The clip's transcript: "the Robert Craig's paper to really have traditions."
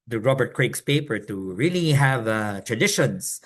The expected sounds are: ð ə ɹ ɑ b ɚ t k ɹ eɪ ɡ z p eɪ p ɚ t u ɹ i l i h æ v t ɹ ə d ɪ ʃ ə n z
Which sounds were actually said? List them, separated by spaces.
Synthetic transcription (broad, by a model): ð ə ɹ ɑ b ɚ t k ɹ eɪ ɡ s p eɪ p ɚ t u ɹ i l i h æ v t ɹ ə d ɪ ʃ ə n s